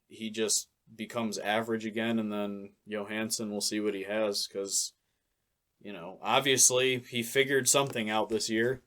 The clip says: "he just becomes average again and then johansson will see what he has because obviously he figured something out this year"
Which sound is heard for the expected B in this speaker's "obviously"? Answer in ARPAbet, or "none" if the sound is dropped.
B